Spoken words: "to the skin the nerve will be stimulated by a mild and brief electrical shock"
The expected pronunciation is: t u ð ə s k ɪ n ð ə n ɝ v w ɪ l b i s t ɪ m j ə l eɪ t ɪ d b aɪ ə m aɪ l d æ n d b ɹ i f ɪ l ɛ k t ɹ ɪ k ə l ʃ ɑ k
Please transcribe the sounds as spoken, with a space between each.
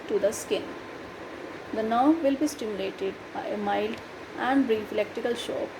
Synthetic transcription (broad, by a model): t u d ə s k ɪ n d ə n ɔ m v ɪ l b i s t ɪ m j ə l eɪ t ɪ d b aɪ ə m aɪ l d æ n d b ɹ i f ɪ l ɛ k t ɪ k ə l ʃ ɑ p